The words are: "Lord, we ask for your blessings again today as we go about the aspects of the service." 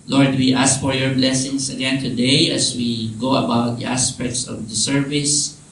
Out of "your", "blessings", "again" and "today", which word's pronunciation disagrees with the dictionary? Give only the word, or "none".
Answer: blessings